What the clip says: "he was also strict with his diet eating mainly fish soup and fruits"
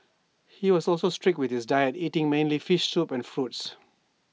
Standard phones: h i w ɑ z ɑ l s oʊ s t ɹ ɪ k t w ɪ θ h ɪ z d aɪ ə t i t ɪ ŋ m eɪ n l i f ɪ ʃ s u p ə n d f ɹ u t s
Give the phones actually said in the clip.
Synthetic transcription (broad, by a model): h i w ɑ s ɑ l s oʊ s t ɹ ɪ k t w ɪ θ h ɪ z d aɪ ə t i t ɪ ŋ m eɪ n l i f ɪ ʃ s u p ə n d f ɹ u t s